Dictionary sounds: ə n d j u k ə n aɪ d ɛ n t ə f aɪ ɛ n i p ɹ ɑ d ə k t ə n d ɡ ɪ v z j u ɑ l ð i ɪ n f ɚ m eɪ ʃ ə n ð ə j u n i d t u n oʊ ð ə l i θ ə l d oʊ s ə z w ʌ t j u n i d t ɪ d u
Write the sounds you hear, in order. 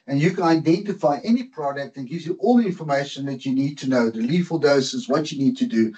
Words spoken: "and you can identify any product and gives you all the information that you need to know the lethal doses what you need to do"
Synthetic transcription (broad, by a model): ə n j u k ə n aɪ d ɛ n t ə f aɪ ɛ n i p ɹ ɑ d ə k t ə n ɡ ɪ v z j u ɑ l ð i ɪ n f ɚ m eɪ ʃ ə n ð ə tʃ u n i d t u n oʊ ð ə l i f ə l d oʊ s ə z w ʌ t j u n i d t ɪ d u